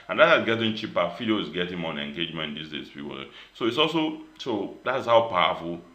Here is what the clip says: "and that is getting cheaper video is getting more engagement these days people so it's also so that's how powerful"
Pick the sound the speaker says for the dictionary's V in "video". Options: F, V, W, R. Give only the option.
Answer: F